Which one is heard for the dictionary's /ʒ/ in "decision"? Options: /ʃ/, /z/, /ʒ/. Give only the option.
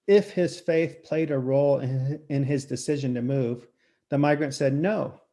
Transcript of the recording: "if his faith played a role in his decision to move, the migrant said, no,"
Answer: /ʒ/